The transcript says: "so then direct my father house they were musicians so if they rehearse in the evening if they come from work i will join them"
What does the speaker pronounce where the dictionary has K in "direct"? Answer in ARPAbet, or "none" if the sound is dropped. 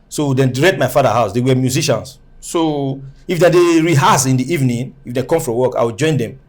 none